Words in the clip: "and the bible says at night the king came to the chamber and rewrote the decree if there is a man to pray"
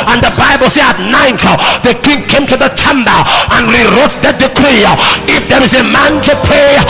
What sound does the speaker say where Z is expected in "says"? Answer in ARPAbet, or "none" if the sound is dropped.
none